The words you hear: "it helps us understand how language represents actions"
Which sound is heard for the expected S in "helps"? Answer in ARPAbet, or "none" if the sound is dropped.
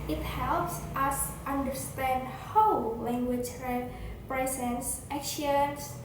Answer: S